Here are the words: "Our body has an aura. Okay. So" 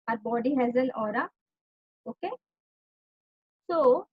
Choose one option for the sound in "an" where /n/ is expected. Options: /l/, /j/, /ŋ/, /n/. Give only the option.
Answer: /l/